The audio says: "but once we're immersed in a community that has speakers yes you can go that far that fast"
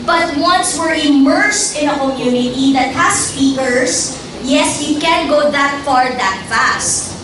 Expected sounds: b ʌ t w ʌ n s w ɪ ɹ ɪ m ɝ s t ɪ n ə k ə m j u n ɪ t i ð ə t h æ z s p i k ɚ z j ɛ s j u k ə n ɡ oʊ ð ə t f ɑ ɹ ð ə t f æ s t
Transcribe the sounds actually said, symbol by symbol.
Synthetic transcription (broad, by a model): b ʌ t w ʌ n s w ɪ ɹ ɪ m ɝ s t ɪ n ə k ə m j u n ɪ t i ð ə t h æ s p i k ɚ s j ɛ s j u k ə n ɡ oʊ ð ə t f ɑ ɹ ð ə t f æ s t